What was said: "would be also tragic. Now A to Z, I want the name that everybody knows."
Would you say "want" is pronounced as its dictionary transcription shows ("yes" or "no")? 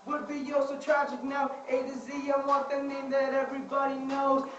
no